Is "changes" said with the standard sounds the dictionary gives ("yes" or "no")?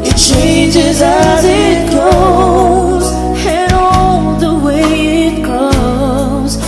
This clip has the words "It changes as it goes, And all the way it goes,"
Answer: yes